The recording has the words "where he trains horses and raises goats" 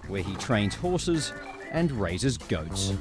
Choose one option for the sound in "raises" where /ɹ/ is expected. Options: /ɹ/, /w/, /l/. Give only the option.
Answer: /ɹ/